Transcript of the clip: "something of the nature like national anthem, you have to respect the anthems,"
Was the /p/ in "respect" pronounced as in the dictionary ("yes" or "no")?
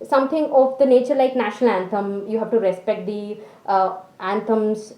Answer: yes